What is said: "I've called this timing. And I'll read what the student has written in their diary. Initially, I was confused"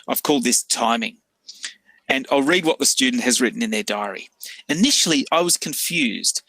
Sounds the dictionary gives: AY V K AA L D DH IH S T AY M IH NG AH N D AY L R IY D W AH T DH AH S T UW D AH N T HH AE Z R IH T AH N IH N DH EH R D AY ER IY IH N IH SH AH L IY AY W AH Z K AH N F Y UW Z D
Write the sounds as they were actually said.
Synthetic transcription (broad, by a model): AY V K AA L D DH IH S T AY M IH NG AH N AY L R IY D W AH T DH AH S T UW D N T HH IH Z R IH T N IH N DH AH R D AY ER IY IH N IH SH L IY AY W AH Z K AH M F Y UW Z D